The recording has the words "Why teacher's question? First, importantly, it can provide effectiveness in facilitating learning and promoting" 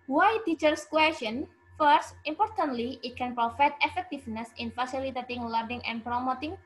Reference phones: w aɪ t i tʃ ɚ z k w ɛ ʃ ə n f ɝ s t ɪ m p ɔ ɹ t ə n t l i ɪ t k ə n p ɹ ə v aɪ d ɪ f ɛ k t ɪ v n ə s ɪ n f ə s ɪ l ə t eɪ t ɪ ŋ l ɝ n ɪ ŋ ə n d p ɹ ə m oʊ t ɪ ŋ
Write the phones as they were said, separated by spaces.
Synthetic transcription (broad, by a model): w aɪ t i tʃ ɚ s k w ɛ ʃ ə n f ɝ s t ɪ m p ɔ ɹ t ə n t l i ɪ t k ə n p ɹ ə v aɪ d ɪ f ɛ k t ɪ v n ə s ɪ n f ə s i l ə t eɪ t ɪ ŋ l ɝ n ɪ ŋ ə n p ɹ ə m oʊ t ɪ ŋ